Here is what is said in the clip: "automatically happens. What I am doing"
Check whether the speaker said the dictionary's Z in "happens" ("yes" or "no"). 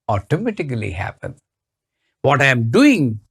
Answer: no